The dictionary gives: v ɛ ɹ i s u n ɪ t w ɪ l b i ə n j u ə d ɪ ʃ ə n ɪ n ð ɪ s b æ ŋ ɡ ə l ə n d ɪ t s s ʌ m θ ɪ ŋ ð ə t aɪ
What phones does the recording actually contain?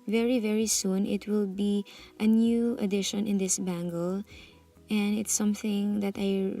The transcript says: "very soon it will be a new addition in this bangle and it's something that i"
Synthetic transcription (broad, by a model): v ɛ ɹ i s u n ɪ t w ɪ l b i ə n j u ə d ɪ ʃ ə n ɪ n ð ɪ s b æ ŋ ɡ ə l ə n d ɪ t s s ʌ m θ ɪ ŋ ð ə t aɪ